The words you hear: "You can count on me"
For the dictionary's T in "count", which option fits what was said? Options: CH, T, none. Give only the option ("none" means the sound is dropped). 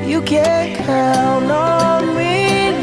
none